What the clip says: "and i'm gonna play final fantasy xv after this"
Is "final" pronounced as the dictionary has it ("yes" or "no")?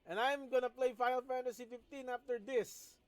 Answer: no